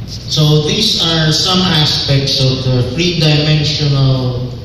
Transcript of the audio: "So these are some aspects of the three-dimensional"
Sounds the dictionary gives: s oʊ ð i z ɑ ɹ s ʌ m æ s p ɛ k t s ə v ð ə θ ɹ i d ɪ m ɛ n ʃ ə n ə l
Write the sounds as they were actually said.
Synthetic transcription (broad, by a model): s oʊ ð i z ɑ ɹ s ʌ m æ s p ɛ k t s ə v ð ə f ɹ i d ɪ m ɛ n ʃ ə n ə l